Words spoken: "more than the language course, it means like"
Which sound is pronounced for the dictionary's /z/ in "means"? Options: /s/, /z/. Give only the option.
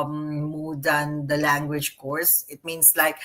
/s/